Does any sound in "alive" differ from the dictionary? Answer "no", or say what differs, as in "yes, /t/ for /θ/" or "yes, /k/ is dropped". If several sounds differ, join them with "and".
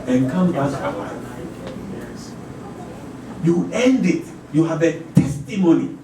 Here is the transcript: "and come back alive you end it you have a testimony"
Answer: yes, /n/ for /l/